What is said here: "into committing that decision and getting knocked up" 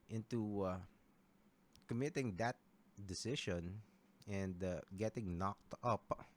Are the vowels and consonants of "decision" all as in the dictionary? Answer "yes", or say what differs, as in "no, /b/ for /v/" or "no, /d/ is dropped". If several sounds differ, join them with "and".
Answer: no, /ʃ/ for /ʒ/